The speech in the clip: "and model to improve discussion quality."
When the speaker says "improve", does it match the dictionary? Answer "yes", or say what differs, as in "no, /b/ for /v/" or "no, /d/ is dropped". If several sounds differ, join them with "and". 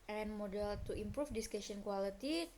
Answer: no, /f/ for /v/